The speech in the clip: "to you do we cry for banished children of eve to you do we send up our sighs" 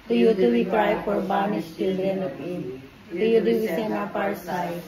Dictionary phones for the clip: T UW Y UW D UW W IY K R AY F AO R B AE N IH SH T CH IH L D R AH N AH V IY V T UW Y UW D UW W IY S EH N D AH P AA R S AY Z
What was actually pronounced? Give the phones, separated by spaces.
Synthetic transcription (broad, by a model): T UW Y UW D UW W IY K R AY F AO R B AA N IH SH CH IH L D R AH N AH P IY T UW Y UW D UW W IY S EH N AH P AA R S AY